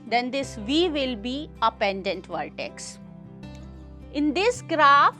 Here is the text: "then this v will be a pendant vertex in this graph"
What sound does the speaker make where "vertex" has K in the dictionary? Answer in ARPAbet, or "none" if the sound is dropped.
K